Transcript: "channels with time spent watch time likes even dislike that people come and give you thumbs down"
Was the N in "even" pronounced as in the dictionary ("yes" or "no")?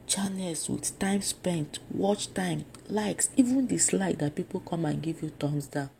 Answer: yes